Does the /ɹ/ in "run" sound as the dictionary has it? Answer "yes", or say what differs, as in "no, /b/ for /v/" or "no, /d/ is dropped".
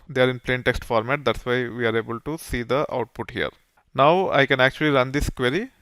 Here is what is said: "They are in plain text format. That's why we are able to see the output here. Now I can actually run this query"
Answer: yes